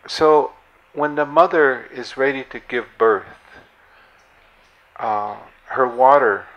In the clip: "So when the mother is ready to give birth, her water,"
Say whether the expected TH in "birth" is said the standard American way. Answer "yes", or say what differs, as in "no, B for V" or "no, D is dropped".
yes